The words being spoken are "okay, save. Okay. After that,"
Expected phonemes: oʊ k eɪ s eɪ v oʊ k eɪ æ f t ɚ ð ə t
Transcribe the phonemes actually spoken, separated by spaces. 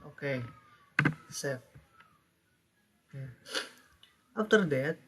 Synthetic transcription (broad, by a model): oʊ k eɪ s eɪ f oʊ k eɪ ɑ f t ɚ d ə t